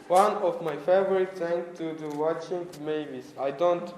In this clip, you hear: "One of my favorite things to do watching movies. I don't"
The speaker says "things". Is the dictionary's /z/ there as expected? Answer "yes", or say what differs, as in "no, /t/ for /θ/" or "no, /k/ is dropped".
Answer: no, /z/ is dropped